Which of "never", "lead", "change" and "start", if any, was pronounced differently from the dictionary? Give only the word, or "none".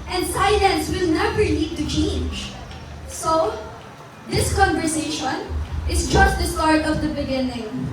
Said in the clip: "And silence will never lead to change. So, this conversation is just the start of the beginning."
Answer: lead